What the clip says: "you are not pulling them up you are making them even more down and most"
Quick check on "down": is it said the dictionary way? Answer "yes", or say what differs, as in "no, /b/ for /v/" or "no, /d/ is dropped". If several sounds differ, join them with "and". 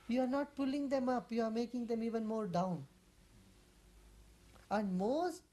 yes